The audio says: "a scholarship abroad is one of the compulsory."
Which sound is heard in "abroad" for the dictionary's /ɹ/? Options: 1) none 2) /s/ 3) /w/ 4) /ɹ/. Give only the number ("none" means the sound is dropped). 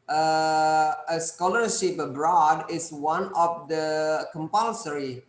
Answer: 4